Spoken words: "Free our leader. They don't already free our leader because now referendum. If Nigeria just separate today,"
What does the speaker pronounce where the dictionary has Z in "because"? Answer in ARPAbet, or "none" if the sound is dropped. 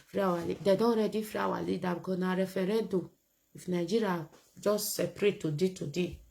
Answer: none